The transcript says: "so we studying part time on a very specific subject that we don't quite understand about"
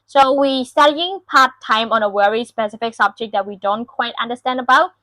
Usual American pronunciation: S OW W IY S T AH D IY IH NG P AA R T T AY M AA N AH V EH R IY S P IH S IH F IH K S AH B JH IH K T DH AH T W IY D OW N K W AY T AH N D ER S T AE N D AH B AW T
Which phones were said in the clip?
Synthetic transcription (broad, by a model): S OW W IY S T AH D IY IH NG P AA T T AY M AA N AH W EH R IY S P IH S IH F IH K S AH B JH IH K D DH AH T W IY D OW N K W AY T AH N D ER S T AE N D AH B AW T